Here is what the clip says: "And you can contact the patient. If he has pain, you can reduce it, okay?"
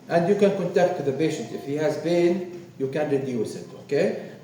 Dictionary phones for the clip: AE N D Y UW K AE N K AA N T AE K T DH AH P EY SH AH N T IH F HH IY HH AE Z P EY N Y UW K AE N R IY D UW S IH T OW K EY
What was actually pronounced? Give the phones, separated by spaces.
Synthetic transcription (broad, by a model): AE N D Y UW K AE N K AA N T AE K T DH AH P EY SH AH N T IH F HH IY HH AE Z B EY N Y UW K AE N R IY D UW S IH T OW K EY